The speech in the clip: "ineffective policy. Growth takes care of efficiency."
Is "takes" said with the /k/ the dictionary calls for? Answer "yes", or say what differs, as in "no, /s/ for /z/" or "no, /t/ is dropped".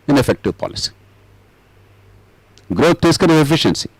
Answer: no, /k/ is dropped